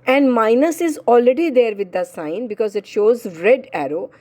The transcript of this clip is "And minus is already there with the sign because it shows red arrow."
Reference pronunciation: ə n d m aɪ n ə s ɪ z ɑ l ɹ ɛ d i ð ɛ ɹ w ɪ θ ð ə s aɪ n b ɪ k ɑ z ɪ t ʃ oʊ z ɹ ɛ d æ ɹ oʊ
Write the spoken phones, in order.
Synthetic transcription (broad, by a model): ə n d m aɪ n ə s ɪ z ɑ l ɹ ɛ d i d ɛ ɹ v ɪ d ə s aɪ n b ɪ k ɑ z ɪ t ʃ oʊ z ɹ ɛ d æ ɹ oʊ